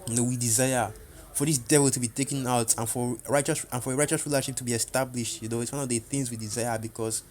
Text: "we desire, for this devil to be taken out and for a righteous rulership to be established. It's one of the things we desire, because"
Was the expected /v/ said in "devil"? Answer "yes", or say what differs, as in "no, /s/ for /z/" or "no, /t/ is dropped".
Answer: yes